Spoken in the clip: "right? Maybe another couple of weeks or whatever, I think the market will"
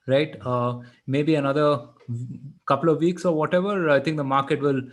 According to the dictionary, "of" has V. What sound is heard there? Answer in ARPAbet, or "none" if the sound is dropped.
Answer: V